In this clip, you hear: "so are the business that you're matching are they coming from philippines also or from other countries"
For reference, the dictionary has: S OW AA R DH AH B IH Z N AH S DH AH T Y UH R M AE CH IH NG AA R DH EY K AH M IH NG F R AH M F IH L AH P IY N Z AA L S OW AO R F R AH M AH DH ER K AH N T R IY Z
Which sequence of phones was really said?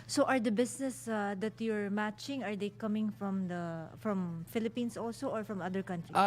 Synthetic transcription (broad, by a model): S OW AA R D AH B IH S N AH S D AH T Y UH R M AE CH IH NG AA R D EY K AH M IH NG F R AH M F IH L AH P IY N S AA L S OW AO R F R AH M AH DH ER K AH N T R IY